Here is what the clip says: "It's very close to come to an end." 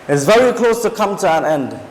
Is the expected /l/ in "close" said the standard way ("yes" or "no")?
yes